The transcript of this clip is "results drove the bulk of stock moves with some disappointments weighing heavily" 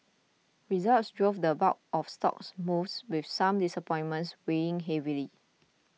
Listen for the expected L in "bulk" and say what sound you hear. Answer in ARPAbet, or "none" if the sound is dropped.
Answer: none